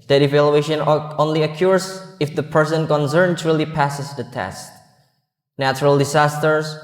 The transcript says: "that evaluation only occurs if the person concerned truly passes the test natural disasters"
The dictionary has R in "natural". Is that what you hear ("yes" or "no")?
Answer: yes